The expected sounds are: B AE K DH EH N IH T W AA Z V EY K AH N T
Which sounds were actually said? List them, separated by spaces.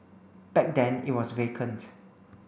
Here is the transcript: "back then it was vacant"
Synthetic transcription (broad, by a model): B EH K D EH N IH T W AA S V EY K AH N T